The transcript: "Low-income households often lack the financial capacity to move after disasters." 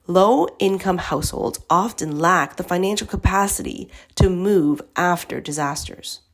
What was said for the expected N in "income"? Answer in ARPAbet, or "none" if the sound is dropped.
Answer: N